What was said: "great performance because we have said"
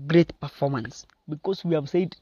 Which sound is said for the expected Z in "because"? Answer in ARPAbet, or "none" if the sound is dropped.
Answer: S